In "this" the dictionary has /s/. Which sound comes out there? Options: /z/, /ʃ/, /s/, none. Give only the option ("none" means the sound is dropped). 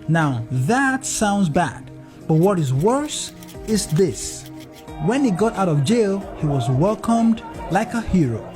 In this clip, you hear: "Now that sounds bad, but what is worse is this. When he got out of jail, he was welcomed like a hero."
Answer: /s/